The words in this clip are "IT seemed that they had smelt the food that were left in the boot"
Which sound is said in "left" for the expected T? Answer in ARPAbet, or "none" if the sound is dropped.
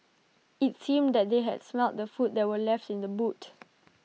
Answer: T